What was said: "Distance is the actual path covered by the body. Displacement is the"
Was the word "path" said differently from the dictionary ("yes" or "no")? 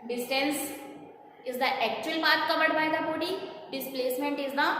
yes